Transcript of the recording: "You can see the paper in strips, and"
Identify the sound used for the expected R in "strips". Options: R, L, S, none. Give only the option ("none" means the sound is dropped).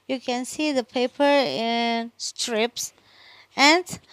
R